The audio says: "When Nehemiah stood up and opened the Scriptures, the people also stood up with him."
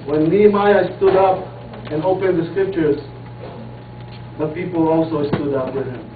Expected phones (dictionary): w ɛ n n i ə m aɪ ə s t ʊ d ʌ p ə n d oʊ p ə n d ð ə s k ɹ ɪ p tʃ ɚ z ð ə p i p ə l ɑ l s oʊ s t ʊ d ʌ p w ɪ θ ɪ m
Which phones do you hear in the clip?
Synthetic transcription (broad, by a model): w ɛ n l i m aɪ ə s t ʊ d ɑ p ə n oʊ p ə n d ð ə s k ɹ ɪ p tʃ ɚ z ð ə p i p ə l ɑ l s oʊ s t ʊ d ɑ p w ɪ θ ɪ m